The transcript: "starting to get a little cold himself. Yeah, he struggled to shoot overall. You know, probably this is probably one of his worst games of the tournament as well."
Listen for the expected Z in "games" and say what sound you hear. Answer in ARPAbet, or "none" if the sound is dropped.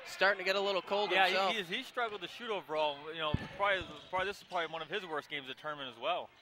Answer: Z